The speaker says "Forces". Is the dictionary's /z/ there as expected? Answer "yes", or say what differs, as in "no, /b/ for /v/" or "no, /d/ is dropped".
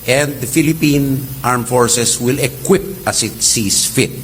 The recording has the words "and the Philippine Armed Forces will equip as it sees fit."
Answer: no, /s/ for /z/